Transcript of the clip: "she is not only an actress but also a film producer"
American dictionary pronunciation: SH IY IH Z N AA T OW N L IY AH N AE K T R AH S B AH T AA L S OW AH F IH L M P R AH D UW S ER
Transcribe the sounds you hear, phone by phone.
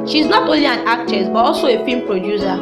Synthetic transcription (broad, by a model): SH IY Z N AA T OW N L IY AH N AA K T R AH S B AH T AA L S OW AH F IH M P R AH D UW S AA